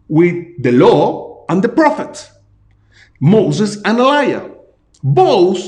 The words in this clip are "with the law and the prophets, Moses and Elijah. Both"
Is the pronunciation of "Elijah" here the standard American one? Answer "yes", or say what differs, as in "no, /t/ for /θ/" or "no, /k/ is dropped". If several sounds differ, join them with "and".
no, /dʒ/ is dropped